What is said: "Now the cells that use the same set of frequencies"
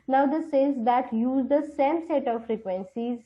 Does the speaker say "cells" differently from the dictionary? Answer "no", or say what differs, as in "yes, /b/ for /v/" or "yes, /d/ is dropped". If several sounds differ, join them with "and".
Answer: yes, /l/ is dropped